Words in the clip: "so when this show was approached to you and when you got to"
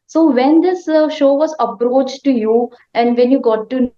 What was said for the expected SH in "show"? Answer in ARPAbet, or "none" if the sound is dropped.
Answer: SH